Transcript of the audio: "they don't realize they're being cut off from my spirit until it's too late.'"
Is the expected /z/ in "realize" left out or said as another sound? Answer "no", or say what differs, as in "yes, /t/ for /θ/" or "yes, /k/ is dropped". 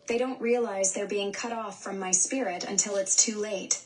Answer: no